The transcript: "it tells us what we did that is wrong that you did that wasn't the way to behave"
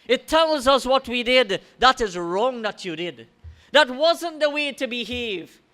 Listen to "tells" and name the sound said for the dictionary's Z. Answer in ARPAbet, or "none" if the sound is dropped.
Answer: Z